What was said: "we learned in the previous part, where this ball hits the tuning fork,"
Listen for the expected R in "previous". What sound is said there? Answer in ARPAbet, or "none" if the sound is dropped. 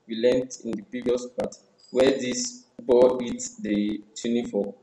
R